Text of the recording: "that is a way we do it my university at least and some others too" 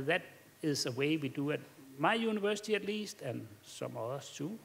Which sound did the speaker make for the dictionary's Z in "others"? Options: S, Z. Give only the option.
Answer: S